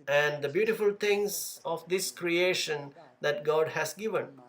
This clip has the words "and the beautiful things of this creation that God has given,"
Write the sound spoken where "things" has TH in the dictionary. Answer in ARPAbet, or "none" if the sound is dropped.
T